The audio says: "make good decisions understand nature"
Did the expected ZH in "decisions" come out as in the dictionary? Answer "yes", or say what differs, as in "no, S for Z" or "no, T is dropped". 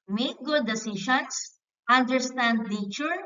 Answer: no, SH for ZH